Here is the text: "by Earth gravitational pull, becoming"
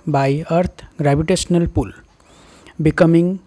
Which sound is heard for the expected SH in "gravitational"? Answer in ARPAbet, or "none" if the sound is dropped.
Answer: S